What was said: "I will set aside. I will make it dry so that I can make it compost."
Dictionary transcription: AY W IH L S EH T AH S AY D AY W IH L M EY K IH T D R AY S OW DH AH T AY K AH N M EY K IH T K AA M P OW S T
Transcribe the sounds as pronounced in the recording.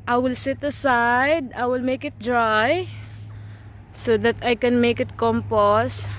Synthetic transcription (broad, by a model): AY W IH L S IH T AH S AY D AY W IH L M EY K IH T D R AY S OW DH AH T AY K AH N M EY K IH T K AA M P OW S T